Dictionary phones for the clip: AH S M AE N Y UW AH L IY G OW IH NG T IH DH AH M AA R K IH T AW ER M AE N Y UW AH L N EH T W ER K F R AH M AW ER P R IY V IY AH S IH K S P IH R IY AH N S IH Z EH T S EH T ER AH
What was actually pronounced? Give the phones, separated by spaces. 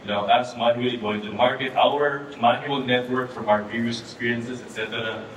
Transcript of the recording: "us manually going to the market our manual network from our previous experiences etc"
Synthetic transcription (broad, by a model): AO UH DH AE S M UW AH IY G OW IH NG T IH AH M AA R K IH T AW ER M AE N Y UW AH L N EH T W ER K F R AH M AW ER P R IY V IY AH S IH K S P IH R IY AH N S IH Z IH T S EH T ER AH